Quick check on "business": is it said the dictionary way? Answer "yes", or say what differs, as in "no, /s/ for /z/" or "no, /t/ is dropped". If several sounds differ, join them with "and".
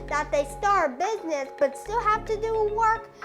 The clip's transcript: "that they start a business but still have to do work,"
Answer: yes